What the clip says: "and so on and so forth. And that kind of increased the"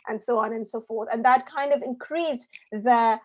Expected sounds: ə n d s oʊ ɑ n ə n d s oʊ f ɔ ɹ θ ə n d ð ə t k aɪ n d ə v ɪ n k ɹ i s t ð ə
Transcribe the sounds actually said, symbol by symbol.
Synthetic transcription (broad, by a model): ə n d s oʊ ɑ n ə n s oʊ f ɔ ɹ θ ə n ð ə t k aɪ n d ə v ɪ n k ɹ i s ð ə